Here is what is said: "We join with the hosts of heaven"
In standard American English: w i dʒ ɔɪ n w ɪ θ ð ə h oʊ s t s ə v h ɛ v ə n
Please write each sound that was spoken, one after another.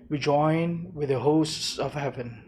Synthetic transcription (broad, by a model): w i dʒ ɔɪ n w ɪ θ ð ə h oʊ s t s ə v h ɛ v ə n